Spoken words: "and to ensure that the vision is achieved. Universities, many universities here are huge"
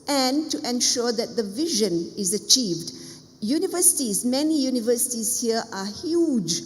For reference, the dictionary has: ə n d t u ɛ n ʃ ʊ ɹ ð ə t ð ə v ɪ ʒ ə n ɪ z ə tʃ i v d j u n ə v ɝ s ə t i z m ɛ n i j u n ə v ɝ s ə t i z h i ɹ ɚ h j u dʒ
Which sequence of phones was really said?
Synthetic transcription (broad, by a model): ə n t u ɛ n ʃ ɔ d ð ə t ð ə v ɪ ʒ ə n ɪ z ə tʃ i v d j u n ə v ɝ s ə t i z m ɛ n i j u n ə v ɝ s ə t i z h i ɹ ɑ h j u dʒ